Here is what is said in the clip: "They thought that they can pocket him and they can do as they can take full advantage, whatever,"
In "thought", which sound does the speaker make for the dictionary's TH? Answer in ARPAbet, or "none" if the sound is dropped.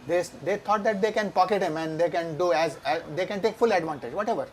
T